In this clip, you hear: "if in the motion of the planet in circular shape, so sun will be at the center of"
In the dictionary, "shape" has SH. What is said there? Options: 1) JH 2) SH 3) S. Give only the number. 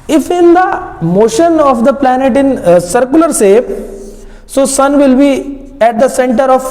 3